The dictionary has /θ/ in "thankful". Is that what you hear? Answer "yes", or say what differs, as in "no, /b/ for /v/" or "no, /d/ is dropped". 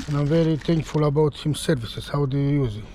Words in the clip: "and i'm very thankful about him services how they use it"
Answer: no, /t/ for /θ/